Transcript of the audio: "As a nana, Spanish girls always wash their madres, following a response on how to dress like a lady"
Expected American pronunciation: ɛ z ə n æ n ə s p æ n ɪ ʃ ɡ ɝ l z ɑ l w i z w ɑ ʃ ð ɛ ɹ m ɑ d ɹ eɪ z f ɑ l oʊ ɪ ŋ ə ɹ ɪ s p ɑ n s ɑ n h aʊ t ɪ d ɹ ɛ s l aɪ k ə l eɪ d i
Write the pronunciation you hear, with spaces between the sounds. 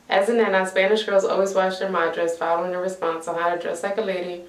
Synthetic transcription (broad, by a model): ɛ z ə n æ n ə s p æ n ɪ ʃ ɡ ɝ l z ɑ l w i z w ɑ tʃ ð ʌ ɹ m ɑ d ɹ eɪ s f ɑ l oʊ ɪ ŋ ə ɹ ɪ s p ɑ n s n h aʊ t ɪ d ɹ ɛ s l aɪ k ə l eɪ d i